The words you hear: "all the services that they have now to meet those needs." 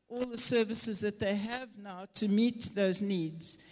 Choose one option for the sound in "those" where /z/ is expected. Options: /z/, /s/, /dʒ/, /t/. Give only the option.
/z/